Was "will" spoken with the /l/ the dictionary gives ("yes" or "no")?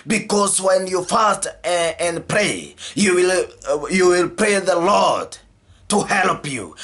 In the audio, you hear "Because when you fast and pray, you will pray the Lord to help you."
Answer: yes